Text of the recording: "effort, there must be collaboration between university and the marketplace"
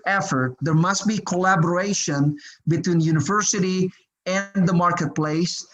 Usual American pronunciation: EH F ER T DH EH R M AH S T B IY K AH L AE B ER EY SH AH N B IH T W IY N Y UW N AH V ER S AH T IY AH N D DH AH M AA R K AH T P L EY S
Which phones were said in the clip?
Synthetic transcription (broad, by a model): EH F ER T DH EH R M AH S T B IY K AH L AE B ER EY SH AH N B IH T W IY N Y UW N AH V ER S AH T IY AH N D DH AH M AA R K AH T P L EY S